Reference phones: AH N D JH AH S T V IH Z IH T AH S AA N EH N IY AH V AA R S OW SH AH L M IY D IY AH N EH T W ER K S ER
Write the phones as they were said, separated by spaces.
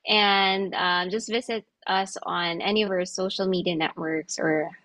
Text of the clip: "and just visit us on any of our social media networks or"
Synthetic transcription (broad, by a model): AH N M JH AH S T V IH Z IH T AH S N EH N IY AH V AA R S OW SH L M IY D IY AH N EH T W ER K S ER